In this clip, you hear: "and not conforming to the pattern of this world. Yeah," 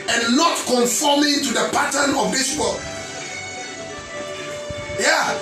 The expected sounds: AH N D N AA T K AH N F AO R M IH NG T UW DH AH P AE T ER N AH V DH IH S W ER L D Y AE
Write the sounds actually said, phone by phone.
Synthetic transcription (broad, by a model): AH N N AA T K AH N F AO M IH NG T UW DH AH P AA T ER N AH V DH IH S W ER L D Y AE